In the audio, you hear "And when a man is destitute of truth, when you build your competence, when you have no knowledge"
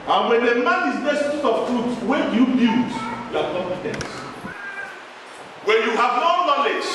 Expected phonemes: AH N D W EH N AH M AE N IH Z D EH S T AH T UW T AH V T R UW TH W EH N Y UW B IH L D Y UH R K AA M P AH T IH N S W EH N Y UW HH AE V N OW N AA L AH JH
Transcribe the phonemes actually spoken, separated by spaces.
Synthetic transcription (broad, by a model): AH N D W EH N AH M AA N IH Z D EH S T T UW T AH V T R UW T W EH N Y UW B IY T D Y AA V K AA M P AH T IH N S W EH N Y UW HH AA V N OW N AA L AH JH